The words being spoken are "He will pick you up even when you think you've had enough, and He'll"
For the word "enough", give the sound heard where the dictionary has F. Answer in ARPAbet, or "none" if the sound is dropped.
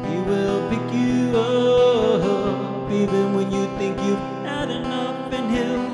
P